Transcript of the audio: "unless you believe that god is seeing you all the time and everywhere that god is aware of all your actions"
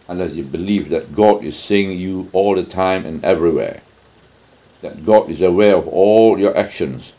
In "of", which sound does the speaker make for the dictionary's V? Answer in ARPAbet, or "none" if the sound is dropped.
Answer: V